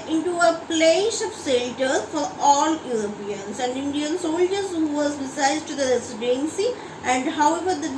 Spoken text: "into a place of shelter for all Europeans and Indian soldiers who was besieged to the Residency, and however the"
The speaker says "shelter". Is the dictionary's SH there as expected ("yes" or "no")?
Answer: no